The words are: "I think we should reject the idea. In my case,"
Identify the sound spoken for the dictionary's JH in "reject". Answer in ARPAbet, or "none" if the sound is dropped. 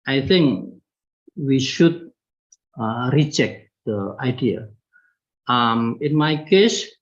CH